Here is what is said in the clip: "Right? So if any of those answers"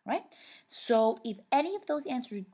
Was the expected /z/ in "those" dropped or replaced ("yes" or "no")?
no